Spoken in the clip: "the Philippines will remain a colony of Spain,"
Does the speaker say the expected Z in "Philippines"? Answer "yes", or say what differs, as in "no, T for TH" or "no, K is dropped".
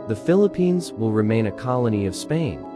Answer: yes